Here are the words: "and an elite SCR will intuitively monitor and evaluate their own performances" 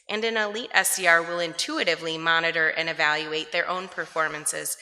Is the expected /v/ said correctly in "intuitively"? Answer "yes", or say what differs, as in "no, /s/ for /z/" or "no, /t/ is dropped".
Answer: yes